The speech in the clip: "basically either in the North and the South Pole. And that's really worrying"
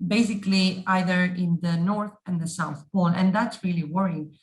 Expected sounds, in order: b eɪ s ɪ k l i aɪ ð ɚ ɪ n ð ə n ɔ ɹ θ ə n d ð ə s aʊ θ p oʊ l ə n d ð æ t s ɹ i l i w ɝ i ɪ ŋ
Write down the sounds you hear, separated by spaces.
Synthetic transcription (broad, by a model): b eɪ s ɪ k l i aɪ ð ɚ ɪ n ð ə n ɔ ɹ θ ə n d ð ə s aʊ θ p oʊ n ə n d ð æ t s ɹ i l i w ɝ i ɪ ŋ